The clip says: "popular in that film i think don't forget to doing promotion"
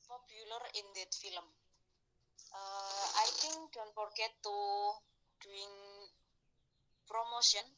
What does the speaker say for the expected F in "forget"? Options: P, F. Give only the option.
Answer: P